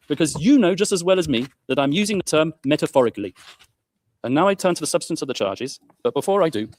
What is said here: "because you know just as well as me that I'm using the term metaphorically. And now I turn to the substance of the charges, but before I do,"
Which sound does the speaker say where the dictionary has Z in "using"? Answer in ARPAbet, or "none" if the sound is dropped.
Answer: Z